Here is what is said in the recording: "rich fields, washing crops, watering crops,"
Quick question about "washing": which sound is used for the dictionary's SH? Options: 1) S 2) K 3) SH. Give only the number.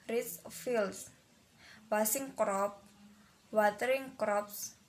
1